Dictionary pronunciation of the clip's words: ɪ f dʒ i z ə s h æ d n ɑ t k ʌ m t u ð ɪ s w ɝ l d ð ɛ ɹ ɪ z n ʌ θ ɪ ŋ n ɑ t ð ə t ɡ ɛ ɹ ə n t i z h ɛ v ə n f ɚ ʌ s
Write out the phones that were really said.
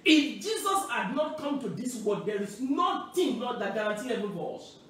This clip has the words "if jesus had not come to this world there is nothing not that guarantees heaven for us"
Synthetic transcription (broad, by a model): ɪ f dʒ i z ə s h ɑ d n ɑ t k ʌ m t u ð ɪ s w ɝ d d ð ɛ ɹ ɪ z n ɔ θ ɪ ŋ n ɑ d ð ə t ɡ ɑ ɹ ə n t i h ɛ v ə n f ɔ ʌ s